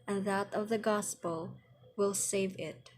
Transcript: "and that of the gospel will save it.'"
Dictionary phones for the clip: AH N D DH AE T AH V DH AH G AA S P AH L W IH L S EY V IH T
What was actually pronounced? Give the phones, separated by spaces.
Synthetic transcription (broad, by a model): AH N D DH AE T AH V DH AH G AA S P AH L W IH L S EY V IH T